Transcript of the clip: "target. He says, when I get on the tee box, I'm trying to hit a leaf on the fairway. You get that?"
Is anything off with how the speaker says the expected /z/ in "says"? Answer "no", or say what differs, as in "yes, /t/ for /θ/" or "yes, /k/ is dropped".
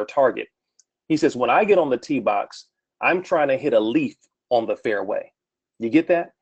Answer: no